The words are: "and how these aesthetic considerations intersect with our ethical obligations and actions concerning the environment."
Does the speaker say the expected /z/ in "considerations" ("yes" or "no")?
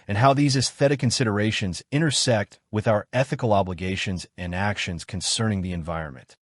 yes